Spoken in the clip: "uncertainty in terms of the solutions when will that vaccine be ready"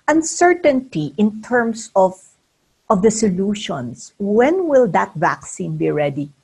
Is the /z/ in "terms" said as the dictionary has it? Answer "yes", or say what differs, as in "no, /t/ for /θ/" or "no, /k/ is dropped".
no, /s/ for /z/